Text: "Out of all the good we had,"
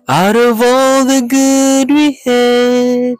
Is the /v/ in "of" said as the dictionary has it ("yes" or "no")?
yes